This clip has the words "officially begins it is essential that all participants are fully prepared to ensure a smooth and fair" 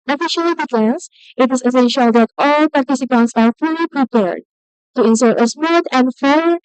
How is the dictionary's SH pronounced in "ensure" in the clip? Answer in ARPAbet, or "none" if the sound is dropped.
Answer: S